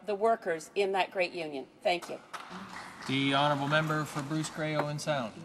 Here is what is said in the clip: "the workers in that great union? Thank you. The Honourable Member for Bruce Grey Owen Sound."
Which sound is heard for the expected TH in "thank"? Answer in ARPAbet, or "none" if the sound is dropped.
TH